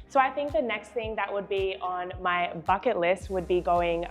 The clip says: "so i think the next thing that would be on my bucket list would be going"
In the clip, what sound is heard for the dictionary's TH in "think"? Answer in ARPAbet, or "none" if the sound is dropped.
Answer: TH